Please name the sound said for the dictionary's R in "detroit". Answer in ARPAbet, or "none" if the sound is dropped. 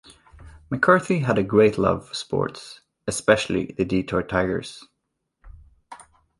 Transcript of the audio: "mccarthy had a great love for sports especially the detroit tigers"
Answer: none